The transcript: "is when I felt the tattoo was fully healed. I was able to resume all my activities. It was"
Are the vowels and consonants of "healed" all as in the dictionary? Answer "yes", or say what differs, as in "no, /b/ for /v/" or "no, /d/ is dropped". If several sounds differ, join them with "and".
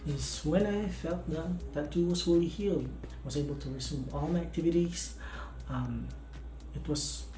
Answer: no, /d/ is dropped